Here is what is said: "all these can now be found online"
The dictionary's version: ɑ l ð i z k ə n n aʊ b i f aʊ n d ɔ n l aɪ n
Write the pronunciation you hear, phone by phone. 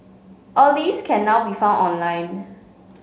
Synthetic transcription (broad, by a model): ɑ l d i s k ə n n aʊ b i f aʊ n ɔ n l aɪ n